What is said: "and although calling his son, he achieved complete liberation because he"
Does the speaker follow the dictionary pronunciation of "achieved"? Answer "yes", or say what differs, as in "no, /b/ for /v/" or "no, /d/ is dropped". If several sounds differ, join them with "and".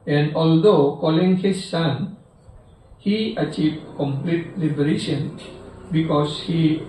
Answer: yes